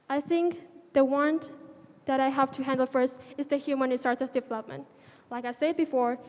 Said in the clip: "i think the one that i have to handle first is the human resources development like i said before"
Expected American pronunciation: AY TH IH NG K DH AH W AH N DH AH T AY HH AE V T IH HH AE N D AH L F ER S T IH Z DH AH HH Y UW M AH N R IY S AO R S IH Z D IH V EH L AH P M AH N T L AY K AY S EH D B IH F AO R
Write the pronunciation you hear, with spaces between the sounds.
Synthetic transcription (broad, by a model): AY TH IH NG K DH AH W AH N DH AH T AY HH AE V T IH HH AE N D L F ER S T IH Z DH AH HH Y UW M AH N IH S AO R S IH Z D IH V EH L AH P M AH N T L AY K AY S EH D B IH F AO R